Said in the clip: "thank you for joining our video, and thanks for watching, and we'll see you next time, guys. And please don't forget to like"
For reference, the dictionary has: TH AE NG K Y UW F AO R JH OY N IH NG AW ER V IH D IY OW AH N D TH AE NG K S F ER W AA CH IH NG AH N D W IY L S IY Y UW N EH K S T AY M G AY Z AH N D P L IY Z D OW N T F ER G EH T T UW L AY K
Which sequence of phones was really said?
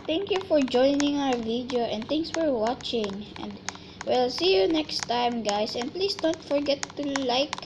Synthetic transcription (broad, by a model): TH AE NG K Y UW F AO R JH OY N IH NG AW ER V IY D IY OW AH N D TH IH NG S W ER W AA CH IH NG AH N D W IY L S IY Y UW N EH K S T AY M G AY S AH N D P L IY S D OW N T F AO G EH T T UW L AY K